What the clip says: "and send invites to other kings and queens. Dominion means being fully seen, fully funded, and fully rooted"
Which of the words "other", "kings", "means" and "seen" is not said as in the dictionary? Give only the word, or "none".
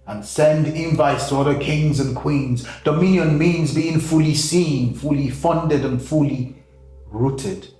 none